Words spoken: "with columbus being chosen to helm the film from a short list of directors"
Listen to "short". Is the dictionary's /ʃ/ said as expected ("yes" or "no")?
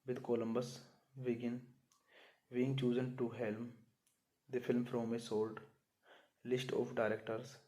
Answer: no